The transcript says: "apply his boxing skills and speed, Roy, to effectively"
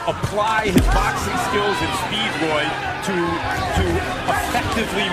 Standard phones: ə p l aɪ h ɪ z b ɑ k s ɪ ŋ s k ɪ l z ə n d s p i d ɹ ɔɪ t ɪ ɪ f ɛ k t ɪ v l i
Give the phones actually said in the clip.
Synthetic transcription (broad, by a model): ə p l aɪ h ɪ z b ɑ k s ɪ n s k ɪ l z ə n s p i d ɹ ɔɪ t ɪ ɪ f ɛ k t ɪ v l i